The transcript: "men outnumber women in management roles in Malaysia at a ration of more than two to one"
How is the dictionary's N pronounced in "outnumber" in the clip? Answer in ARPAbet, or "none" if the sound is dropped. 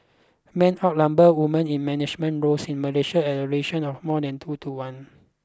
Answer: L